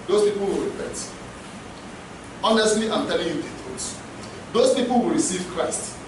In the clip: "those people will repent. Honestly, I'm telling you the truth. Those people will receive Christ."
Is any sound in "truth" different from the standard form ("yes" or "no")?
yes